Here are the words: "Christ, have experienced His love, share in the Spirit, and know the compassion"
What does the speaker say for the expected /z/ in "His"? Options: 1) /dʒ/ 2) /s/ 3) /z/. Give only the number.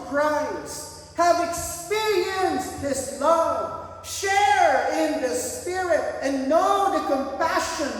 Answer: 2